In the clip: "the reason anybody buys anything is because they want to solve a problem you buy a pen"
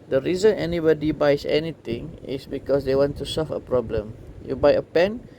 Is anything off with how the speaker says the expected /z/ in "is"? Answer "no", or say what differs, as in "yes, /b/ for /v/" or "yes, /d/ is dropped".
yes, /s/ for /z/